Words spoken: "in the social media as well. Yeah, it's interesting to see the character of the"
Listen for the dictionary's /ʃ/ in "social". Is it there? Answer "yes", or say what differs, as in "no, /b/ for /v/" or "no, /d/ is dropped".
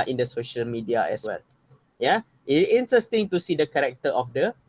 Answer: yes